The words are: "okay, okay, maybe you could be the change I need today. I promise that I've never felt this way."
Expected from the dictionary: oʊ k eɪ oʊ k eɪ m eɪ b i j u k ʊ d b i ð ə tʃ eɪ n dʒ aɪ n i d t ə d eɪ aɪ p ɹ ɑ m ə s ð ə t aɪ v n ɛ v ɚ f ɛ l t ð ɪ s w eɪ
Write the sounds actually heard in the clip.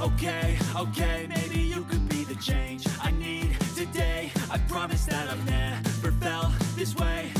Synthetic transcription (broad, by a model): oʊ k eɪ oʊ k eɪ m eɪ b i j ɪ k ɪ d b i ð ə tʃ eɪ n dʒ aɪ n i d t ə d eɪ aɪ p ɹ ɑ m ə s ð ə t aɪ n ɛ p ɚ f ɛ l ð ɪ s w eɪ